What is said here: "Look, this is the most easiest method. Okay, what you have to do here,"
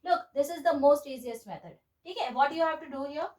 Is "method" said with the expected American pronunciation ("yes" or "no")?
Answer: no